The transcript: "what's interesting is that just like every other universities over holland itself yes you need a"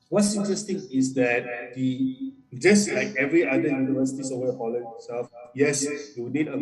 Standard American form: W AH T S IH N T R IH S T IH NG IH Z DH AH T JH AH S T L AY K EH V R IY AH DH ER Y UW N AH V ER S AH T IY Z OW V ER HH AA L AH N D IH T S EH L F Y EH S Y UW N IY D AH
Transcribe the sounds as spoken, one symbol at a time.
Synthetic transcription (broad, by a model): W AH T S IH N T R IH S T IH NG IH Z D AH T JH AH S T L AY K EH V R IY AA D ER Y UW N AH V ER S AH T IY S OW ER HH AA L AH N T S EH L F Y EH S Y UW N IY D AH